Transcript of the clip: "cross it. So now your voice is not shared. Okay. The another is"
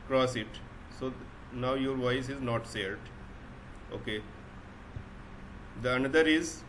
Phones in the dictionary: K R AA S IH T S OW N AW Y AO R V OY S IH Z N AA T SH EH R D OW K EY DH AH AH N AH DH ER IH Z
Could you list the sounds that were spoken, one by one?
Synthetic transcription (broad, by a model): K R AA S IH T S OW N AW Y AO R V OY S IH Z N AA T S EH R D OW K EY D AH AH N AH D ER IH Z